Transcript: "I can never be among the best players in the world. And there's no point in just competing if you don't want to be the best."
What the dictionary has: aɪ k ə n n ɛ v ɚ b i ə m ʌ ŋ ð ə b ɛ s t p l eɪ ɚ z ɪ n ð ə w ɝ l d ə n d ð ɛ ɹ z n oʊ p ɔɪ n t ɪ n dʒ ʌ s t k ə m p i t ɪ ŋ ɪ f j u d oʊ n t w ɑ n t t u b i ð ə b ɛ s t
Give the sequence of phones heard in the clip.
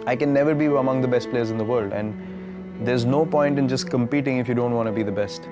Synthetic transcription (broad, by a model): aɪ k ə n n ɛ v ɚ b i ə m ʌ ŋ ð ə b ɛ s t p l eɪ ɚ z ɪ n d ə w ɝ l d ə n d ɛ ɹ z n oʊ p ɔɪ n t ɪ n dʒ ʌ s k ə m p i t ɪ ŋ ɪ f j u d oʊ n t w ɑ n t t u b i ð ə b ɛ s t